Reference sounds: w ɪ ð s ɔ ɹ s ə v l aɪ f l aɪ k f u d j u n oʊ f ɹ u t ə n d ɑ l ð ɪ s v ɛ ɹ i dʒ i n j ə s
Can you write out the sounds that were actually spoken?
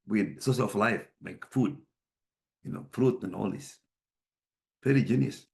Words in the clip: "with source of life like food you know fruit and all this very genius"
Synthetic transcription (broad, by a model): w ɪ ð s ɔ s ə f l aɪ f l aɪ k f u d j u n oʊ f ɹ u t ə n ɑ l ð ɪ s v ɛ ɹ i dʒ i n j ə s